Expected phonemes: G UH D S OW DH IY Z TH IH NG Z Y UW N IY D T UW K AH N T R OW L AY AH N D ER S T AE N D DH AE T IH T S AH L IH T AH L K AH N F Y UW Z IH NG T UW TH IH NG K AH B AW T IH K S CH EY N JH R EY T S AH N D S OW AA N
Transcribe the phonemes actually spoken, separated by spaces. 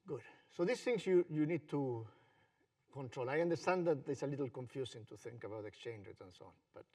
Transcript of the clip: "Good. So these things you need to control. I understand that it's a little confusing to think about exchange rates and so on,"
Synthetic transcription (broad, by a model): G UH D S OW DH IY S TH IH NG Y Y UW N IY D T UW K AH N T R OW L AY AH N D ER S T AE N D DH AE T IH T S AH L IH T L K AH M F Y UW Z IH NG T UW TH IH NG K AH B AW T IH K S CH EY N JH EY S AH N S OW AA N